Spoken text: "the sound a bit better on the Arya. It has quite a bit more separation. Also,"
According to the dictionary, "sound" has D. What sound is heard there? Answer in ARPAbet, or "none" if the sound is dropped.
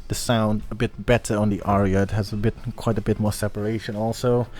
D